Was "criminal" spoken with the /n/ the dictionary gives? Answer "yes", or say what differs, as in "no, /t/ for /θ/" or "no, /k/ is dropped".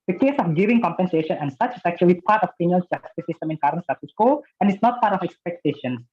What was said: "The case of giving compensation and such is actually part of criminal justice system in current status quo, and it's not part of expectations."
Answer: no, /n/ is dropped